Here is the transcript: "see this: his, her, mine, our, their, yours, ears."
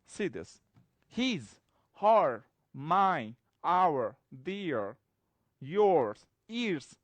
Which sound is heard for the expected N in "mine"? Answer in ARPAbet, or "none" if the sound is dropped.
none